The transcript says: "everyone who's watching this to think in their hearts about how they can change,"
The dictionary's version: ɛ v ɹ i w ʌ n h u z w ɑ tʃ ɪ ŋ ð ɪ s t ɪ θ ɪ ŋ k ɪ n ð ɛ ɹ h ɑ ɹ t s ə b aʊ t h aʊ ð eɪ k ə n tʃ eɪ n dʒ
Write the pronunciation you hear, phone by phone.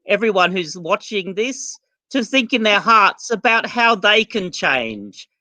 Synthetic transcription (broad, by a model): ɛ v ɹ i w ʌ n h u z w ɑ tʃ ɪ ŋ ð ɪ s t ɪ θ ɪ ŋ k ɪ n ð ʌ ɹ h ɑ ɹ t s ə b aʊ t h aʊ ð eɪ k ə n tʃ eɪ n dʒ